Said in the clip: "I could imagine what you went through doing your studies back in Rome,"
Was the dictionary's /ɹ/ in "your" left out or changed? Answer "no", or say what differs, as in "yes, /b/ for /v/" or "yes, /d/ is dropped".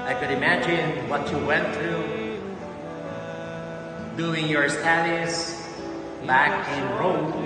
no